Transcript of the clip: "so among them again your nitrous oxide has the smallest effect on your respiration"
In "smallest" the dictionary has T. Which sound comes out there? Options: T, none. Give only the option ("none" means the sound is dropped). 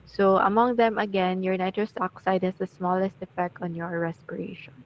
T